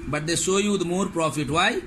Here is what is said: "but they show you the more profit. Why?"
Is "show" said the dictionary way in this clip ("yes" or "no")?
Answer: no